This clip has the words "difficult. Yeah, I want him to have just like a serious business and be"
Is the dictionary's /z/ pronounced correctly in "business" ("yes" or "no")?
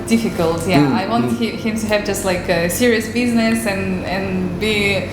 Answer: yes